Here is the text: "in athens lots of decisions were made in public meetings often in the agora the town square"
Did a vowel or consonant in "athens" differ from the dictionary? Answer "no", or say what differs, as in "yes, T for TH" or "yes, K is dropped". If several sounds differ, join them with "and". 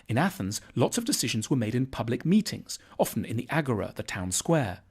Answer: no